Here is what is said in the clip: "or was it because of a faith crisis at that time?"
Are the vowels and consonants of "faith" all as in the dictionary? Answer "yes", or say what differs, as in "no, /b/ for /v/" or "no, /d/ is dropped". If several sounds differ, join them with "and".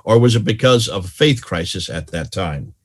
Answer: yes